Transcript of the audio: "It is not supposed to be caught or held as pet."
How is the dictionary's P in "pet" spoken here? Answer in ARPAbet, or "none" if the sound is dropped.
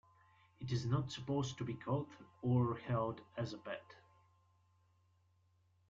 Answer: B